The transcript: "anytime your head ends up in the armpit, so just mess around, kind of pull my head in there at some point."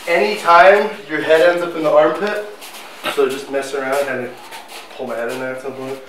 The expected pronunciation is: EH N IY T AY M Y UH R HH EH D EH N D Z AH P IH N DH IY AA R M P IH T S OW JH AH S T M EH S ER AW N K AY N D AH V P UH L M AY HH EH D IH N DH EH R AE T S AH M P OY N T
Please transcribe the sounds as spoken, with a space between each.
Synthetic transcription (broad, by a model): EH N IY T AY M Y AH R HH EH D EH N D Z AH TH IH N DH IY AA R M P IH T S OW JH AH S T M EH S ER AW N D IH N AH P UH L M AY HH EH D IH N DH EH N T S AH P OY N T